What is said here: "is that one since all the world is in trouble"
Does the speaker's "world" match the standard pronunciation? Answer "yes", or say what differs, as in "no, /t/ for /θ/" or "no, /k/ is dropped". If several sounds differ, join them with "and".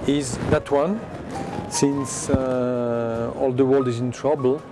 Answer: yes